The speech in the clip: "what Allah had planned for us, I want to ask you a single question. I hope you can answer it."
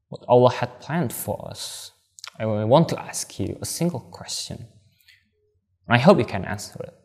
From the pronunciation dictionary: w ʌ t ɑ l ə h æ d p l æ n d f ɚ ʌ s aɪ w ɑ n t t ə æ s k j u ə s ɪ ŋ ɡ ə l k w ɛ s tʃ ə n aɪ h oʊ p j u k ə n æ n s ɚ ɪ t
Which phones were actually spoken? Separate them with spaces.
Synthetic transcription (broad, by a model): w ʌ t ɑ l ə h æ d p l æ n d f ɚ ʌ s aɪ w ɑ n t t æ s k j u ə s ɪ ŋ ɡ l k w ɛ s tʃ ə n aɪ h oʊ p j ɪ k ə n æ n s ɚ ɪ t